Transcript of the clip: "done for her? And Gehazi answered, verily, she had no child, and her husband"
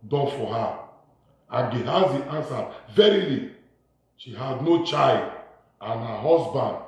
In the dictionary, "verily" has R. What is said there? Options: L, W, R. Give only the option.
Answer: R